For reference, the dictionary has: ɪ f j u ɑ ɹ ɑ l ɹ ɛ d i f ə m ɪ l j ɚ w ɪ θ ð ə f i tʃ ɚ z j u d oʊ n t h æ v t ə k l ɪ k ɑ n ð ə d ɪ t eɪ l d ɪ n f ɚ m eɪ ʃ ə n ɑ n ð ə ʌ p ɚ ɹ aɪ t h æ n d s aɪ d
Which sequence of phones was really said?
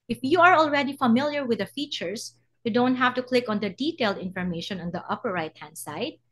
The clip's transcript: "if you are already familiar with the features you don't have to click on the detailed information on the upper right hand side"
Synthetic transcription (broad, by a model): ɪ f j u ɑ ɹ ɑ l ɹ ɛ d i f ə m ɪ l j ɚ w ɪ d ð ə f i tʃ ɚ s j u d oʊ n t h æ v t ə k l ɪ k ɑ n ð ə d ɪ t eɪ l d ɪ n f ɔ m eɪ ʃ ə n ɑ n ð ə ʌ p ɚ ɹ aɪ t h æ n d s aɪ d